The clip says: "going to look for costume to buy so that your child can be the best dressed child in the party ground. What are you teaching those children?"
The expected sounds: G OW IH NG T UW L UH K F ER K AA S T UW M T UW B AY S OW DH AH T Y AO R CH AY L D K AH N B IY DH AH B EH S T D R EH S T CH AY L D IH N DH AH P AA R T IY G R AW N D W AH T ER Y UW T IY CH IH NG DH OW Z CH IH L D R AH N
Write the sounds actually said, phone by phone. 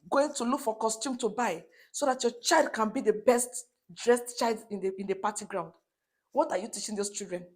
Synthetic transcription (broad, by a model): G OW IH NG T UW L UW K F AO K AA S T UW M T UW B AY S OW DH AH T Y AO CH AY L D K AH N B IY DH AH B EH S T D R EH S T CH AY L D IH N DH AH P AA T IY G R AW N D W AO T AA Y UW T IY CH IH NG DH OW S CH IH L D R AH N